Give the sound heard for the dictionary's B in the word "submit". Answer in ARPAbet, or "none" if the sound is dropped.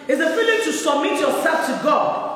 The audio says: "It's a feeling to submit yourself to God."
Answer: none